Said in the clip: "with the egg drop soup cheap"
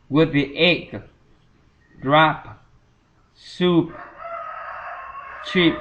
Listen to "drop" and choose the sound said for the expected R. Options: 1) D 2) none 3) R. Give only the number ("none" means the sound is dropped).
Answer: 3